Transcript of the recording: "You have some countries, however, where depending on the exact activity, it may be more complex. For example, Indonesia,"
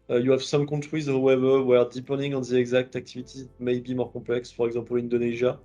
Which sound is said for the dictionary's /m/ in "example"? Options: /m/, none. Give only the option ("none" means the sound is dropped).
none